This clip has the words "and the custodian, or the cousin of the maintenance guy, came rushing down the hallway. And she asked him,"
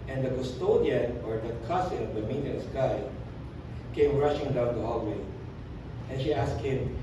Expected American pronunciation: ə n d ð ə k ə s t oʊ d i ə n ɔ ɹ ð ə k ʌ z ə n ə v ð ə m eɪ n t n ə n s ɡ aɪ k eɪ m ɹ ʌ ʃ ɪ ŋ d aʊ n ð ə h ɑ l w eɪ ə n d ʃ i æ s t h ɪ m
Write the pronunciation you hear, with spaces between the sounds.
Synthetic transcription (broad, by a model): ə n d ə k ə s t oʊ d i ə n ɔ ɹ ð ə k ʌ s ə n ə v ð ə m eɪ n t ə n s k aɪ k eɪ m ɹ ʌ ʃ ɪ ŋ d aʊ n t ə h ɑ l w eɪ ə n ʃ i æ s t h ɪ m